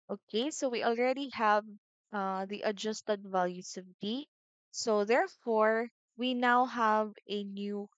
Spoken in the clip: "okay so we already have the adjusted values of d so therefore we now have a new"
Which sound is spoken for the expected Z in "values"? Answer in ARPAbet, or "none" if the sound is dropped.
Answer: S